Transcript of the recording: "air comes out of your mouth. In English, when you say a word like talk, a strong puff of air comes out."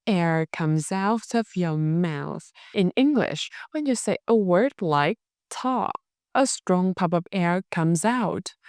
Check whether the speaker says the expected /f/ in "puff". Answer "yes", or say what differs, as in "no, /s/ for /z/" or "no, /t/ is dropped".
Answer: no, /p/ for /f/